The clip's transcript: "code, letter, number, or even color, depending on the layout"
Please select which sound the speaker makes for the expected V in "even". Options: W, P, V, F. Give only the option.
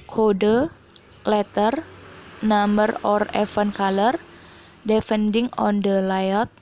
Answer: F